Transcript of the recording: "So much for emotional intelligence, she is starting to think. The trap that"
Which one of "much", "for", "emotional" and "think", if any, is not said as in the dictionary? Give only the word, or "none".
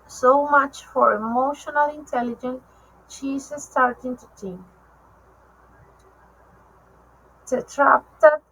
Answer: think